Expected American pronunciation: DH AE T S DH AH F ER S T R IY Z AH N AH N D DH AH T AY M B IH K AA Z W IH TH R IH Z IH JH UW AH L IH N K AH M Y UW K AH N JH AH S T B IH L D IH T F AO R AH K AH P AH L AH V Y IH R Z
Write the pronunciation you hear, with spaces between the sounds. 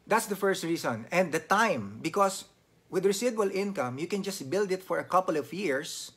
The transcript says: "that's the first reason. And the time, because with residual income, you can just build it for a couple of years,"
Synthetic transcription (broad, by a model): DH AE T S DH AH F ER S T R IY S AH N AH N D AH T AY M B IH K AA S W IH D R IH S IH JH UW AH L IH N K AH M Y UW K AH N JH AH S T B IH L D IH T F AO R AH K AH P AH L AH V Y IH R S